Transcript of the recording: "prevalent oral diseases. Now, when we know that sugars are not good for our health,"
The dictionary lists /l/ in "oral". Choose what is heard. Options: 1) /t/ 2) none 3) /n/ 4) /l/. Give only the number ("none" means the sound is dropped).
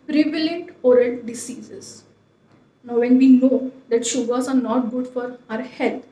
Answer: 3